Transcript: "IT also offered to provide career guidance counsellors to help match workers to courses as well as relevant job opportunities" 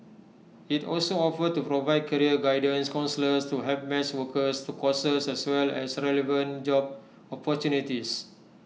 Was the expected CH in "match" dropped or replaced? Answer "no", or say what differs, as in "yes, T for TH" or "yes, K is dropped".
yes, S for CH